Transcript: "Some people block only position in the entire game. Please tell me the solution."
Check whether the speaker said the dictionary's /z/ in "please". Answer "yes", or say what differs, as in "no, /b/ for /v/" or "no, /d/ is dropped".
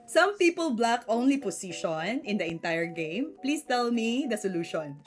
no, /s/ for /z/